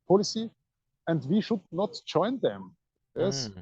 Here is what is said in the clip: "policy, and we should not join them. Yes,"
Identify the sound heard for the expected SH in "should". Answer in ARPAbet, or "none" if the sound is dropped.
SH